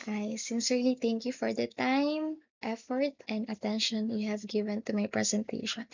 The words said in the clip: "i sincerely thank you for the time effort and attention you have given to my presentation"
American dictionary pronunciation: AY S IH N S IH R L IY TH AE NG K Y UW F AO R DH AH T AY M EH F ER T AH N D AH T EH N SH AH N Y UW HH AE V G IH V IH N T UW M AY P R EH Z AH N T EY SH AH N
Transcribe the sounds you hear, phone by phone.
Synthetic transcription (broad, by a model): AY S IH N S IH R L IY T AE NG K Y UW F AO R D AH T AY M EH F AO T AH N D AH T EH N SH AH N Y UW HH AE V G IH V IH N T UW M AY P R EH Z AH N T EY SH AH N